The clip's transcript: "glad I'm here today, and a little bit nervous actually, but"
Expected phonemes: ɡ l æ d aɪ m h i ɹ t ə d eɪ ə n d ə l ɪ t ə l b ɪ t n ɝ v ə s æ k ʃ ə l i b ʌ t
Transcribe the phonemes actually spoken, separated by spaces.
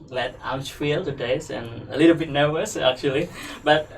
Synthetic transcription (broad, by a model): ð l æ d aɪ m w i l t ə d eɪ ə n ə l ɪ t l b ɪ t n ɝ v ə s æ k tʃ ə l i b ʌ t